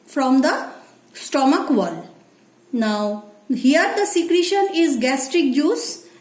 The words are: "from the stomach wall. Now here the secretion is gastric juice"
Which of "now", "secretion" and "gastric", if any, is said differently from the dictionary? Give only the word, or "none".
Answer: none